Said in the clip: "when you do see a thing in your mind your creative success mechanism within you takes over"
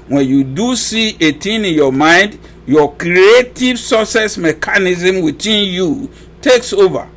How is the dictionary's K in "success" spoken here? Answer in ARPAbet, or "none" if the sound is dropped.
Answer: none